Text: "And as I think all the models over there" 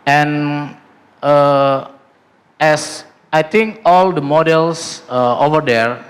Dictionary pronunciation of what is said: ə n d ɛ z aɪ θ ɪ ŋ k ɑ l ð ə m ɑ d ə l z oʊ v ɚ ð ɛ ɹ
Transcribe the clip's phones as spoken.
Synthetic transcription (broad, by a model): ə n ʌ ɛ s aɪ t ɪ ŋ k ɑ l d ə m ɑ d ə l s oʊ v ɚ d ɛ ɹ